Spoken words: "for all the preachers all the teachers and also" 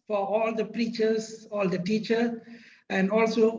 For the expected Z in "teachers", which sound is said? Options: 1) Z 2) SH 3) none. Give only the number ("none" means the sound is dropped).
3